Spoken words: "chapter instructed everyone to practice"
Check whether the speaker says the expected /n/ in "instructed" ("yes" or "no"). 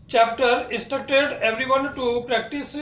no